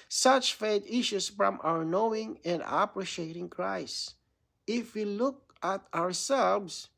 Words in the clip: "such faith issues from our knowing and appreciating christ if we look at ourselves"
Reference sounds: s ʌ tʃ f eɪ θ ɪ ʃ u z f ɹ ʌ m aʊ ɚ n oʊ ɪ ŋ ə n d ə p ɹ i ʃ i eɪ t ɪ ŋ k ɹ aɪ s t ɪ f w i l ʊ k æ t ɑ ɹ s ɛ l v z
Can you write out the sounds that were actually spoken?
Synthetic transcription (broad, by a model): s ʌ tʃ f eɪ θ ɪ ʃ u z f ɹ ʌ m aʊ ɚ n oʊ ɪ ŋ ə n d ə p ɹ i ʃ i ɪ t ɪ ŋ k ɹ aɪ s ɪ f w i l ʊ k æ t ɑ ɹ s ɛ l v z